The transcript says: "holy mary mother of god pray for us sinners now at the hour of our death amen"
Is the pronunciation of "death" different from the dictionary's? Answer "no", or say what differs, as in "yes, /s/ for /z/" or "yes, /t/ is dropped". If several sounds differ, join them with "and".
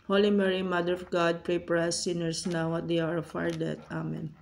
yes, /t/ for /θ/